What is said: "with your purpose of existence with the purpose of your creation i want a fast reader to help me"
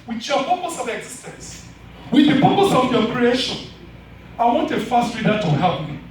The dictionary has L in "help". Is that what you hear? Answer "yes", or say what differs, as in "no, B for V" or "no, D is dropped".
no, L is dropped